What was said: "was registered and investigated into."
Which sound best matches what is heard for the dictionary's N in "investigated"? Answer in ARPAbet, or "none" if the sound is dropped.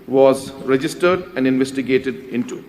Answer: N